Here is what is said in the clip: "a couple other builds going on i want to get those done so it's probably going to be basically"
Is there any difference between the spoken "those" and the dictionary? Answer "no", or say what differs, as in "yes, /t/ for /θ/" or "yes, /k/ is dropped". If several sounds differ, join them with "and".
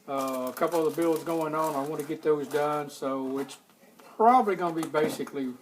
no